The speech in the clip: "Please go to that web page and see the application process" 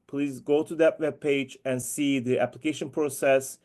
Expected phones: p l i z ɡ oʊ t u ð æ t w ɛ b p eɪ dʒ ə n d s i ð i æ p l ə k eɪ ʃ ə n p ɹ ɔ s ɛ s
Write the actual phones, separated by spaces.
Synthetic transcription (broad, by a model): p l i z ɡ oʊ t u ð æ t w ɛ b p eɪ dʒ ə n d s i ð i æ p l ə k eɪ ʃ ə n p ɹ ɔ s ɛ s